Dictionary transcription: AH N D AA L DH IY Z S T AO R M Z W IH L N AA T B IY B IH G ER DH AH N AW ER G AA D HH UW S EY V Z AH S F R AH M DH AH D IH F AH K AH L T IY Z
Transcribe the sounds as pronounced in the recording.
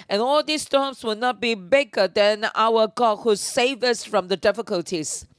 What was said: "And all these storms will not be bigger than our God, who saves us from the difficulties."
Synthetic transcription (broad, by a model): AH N AA L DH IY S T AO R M S W IH L N AA T B IY B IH G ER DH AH N AW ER G AA D HH UW S EY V AH S F R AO M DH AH D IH F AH K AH L T IY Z